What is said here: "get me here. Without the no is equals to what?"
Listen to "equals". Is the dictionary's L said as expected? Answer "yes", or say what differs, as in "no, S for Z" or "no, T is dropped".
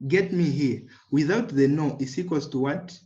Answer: no, L is dropped